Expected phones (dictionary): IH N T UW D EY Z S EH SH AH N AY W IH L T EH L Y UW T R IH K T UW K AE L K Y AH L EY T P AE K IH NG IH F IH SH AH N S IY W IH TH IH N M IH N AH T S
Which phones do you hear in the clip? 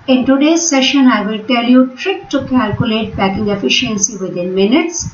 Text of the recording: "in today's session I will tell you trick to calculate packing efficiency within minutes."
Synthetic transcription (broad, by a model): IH N T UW D EY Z S EH SH AH N AY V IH L T EH L Y UW T R IH K T UW K AE L K Y AH L EY T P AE K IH NG IH F IH SH AH N S IY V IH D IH N M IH N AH T S